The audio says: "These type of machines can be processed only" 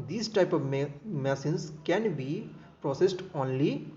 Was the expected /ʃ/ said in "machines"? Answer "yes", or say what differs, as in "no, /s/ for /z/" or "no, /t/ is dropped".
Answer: no, /s/ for /ʃ/